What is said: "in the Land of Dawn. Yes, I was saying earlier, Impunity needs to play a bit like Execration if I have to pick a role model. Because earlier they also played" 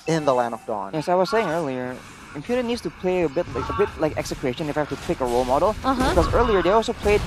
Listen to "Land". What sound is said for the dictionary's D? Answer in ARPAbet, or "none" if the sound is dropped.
none